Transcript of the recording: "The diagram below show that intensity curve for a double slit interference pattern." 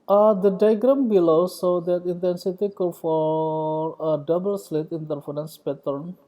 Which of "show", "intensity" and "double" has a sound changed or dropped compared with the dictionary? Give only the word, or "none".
show